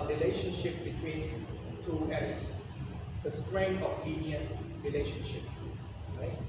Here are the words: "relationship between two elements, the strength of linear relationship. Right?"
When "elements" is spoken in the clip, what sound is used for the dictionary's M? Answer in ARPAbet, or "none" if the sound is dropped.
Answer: none